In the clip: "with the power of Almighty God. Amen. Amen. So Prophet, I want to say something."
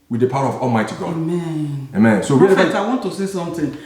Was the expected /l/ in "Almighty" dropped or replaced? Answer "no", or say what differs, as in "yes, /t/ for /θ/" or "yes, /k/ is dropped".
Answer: no